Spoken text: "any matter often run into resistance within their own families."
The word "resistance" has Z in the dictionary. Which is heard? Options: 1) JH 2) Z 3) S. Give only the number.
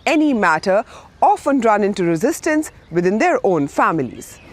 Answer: 2